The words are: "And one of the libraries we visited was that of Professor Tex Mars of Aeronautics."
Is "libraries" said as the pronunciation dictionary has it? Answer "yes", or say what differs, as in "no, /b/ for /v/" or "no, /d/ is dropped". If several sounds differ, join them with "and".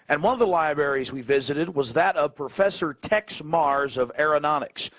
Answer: yes